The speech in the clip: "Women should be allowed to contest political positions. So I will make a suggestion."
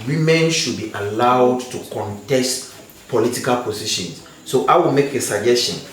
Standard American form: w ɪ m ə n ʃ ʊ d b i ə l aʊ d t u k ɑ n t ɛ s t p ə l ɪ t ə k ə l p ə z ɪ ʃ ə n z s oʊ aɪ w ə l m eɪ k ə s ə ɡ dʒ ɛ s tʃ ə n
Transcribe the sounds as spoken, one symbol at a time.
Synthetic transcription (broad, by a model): w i m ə n ʃ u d b i ə l aʊ d t u k ɑ n t ɛ s t p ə l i t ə k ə l p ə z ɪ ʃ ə n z s oʊ aɪ w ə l m eɪ k ə s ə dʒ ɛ s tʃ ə n